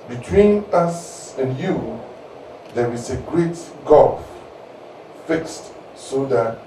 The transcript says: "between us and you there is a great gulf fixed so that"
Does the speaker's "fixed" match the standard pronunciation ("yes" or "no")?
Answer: yes